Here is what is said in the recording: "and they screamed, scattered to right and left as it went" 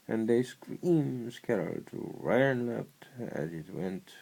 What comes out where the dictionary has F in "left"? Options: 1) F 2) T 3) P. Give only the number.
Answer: 3